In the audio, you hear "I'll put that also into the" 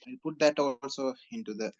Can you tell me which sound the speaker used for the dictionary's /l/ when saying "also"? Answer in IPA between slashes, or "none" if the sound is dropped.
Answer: /l/